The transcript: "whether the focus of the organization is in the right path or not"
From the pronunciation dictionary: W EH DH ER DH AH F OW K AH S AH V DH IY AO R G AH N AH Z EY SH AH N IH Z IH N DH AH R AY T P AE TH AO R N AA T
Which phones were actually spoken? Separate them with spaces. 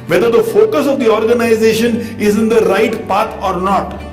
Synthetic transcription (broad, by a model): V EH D ER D AH F OW K AH S AH V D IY AO R G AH N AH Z EY SH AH N IH Z IH N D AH R AY T P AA T AO R N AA T